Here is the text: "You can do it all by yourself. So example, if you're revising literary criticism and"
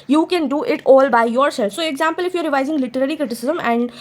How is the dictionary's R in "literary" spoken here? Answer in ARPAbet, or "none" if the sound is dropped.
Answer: R